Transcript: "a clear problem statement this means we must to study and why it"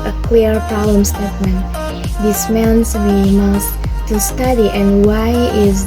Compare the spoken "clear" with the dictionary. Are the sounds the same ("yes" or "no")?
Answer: no